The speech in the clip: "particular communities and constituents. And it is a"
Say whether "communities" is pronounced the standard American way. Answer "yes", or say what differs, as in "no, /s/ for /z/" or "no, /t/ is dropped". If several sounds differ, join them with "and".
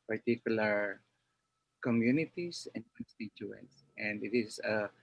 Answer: no, /s/ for /z/